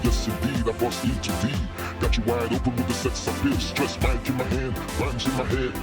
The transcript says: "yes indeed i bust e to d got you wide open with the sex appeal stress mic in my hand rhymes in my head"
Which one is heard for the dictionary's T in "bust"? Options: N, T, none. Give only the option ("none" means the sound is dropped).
none